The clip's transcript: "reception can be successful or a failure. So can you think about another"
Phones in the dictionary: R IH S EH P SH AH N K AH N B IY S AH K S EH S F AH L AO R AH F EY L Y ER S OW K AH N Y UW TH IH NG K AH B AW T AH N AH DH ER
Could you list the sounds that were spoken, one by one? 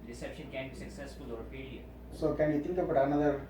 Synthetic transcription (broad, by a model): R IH S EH P SH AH N K AH N B IY S AH K S EH S F AH L AO R AH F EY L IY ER S OW K AH N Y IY T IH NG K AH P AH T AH N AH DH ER